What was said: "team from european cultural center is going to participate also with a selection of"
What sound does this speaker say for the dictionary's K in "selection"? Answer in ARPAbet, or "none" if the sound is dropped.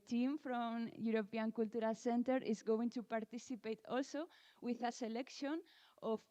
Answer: K